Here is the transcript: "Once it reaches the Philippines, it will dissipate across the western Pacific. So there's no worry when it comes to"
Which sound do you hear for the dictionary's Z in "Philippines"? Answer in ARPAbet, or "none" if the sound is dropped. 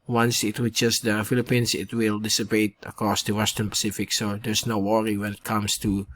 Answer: S